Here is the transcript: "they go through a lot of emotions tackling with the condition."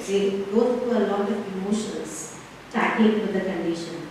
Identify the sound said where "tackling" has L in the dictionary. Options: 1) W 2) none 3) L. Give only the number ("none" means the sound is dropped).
2